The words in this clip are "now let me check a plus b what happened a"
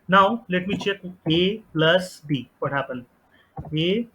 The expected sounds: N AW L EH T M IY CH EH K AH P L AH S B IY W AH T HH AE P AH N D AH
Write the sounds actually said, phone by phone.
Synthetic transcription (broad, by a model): N AW L EH T M IY CH EH K AH P L AH S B IY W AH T HH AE P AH N AH